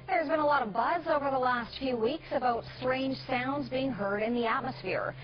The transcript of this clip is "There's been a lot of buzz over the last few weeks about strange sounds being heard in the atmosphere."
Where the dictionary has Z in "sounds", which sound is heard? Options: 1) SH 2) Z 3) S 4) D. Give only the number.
2